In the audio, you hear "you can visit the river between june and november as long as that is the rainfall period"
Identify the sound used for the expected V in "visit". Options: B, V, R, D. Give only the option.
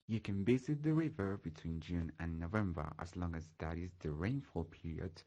B